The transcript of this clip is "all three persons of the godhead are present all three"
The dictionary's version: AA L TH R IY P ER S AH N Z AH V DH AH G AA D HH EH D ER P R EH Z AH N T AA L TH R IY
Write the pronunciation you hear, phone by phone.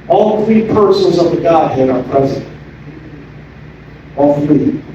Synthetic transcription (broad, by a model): AA L TH R IY P ER S AH N Z AH V DH AH G AA D HH EH D ER P R EH Z AH N T AA L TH R IY